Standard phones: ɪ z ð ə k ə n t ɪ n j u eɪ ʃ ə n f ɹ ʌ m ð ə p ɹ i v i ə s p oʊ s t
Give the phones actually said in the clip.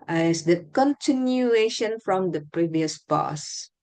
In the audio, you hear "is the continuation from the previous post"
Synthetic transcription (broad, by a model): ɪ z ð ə k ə n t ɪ n j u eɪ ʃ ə n f ɹ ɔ m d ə p ɹ i v i ə s p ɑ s